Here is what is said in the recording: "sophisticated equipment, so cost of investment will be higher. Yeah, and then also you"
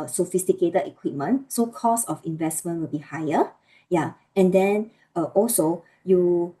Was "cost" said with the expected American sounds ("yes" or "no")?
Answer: no